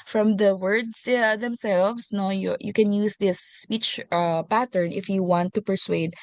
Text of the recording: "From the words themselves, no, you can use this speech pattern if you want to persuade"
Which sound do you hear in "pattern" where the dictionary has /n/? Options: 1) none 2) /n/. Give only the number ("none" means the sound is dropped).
2